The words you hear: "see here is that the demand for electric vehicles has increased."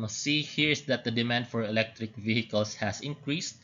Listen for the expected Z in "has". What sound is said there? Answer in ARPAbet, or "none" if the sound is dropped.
S